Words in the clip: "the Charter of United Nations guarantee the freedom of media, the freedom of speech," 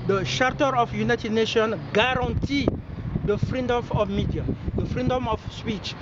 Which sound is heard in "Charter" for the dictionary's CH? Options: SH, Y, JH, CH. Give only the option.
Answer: SH